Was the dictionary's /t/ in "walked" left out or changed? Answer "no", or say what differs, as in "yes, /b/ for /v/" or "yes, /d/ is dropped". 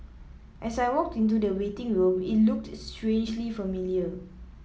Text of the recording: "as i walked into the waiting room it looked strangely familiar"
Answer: no